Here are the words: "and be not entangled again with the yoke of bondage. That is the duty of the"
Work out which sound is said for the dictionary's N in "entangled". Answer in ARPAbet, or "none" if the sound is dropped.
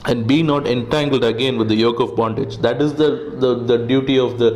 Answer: N